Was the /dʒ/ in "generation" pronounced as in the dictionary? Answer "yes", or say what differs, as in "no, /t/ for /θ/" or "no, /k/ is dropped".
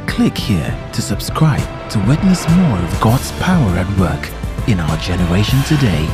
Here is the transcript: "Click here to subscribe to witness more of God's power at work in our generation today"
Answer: yes